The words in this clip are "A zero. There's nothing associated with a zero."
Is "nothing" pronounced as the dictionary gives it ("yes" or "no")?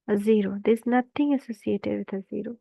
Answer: no